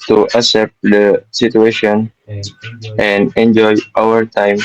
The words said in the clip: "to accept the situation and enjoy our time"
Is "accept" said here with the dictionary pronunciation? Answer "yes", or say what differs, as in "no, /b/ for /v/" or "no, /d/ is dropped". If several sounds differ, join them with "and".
no, /k/ is dropped